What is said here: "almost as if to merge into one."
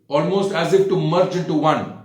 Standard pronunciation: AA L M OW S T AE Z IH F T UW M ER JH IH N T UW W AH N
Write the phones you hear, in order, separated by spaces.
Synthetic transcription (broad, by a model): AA L M OW S T AE Z IH F T UW M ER CH IH N T UW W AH N